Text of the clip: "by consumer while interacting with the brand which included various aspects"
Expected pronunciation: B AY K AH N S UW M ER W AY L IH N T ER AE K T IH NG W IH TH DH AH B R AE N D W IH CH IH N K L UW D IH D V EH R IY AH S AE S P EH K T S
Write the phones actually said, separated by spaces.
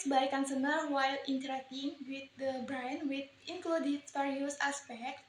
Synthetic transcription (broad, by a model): B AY K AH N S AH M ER W AY L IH N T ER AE K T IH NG W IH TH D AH B R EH N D W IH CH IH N K L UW D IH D F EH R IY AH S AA S P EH K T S